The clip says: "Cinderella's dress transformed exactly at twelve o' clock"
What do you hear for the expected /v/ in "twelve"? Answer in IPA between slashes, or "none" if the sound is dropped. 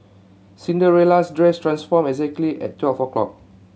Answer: /f/